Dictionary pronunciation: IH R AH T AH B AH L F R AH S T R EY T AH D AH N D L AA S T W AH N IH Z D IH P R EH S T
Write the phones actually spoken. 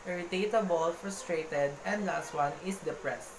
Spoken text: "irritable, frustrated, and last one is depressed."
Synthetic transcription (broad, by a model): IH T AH T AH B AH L F R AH S T R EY T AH D AH N D L AA S T W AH N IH S D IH P R EH S T